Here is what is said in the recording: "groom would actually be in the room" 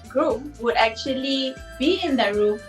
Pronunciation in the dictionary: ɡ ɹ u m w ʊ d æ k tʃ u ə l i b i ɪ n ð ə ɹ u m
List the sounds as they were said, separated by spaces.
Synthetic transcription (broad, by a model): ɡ ɹ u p w ʊ d æ k tʃ u ə l i b i ɪ n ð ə ɹ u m